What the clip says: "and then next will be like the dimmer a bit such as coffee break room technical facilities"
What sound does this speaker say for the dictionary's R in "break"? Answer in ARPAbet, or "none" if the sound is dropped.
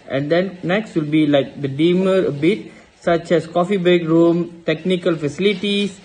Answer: none